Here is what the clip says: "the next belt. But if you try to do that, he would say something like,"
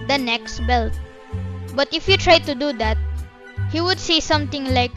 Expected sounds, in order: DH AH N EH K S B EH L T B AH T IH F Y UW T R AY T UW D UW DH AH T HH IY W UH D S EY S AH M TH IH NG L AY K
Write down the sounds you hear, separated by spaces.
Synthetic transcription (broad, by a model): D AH N EH K S B EH L T B AH T IH F Y UW T R AY T UW D UW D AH T HH IY W UH D S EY S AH M T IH NG L AY K